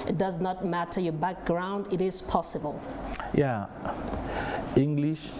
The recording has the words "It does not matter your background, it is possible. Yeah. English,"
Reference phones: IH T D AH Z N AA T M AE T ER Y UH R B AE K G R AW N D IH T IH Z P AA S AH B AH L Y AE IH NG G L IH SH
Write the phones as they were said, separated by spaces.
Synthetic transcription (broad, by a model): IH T D AH Z N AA T M AE T ER Y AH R B AE K G R AW N D IH T IH Z P AA S AH B AH L Y AE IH NG G L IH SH